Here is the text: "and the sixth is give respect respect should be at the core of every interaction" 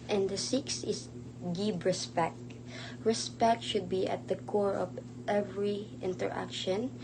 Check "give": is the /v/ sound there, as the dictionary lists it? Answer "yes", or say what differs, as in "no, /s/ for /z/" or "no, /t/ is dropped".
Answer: no, /b/ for /v/